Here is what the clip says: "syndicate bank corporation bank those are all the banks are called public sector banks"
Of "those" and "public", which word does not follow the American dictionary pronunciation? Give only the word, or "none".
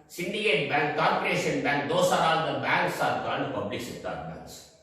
those